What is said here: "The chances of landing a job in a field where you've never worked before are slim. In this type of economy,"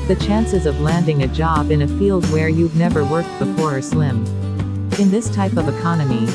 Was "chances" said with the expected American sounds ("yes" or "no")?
yes